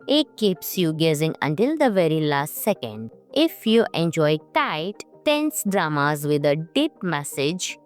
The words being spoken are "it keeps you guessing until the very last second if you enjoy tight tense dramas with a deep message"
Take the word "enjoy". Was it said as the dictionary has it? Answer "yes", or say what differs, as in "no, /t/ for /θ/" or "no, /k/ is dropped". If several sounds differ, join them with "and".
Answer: yes